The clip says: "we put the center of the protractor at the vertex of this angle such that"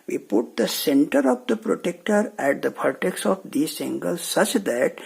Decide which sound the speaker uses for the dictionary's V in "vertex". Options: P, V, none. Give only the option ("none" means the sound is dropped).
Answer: P